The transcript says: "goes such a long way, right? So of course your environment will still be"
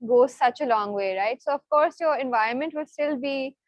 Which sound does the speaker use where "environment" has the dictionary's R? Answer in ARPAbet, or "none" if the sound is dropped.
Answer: R